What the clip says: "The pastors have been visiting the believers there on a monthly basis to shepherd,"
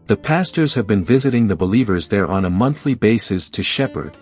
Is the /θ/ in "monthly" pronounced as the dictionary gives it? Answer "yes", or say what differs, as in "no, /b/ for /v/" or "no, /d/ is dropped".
yes